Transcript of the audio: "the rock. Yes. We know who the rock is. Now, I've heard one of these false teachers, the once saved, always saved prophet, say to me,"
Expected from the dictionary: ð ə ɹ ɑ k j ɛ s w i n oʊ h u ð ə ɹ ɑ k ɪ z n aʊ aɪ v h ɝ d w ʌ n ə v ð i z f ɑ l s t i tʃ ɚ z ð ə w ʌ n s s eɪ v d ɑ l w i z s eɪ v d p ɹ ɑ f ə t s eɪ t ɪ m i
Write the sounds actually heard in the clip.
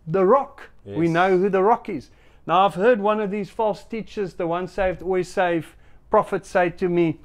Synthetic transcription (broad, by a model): ð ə ɹ ɑ k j w i n oʊ h u ð ə ɹ ɑ k ɪ z n aʊ aɪ v h ɝ d w ʌ n ə v ð i z f ɑ l s t i tʃ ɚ z ð ə w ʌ n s s eɪ v d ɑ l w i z s eɪ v p ɹ ɑ f ə t s eɪ t ɪ m i